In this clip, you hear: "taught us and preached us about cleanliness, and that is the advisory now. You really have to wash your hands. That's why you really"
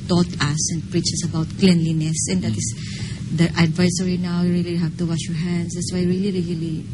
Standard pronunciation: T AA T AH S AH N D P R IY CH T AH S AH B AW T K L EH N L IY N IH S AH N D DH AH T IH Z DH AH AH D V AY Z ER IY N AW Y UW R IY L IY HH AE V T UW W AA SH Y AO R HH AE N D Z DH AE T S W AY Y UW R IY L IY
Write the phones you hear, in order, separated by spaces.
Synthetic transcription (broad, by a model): T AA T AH S AH N D P R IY CH AH S AH B AW T K L EH N L IY N IH S AH N D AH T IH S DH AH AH D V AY S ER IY N AW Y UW R IY L IY HH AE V T UW W AA SH Y AO R HH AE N D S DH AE T S W AY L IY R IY L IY